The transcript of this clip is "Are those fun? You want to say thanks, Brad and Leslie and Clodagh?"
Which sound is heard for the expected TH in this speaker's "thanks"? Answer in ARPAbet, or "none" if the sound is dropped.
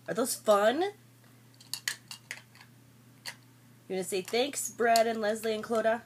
TH